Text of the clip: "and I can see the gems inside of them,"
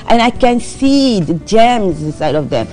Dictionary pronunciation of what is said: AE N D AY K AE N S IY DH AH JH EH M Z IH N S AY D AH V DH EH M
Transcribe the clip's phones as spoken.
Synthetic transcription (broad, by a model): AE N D AY K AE N S IY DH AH JH EH M Z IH S AY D AH V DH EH M